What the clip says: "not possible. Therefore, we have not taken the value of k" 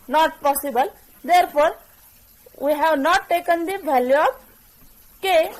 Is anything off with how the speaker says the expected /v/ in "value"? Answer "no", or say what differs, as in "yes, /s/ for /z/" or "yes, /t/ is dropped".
yes, /b/ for /v/